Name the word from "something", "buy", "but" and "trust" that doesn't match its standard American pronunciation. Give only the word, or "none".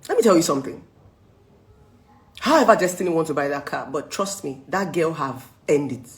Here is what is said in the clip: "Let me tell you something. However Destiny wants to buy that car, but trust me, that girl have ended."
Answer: none